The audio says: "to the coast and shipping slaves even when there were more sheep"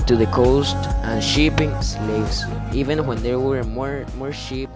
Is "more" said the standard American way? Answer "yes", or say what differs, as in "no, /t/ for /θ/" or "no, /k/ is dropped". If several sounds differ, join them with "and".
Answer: yes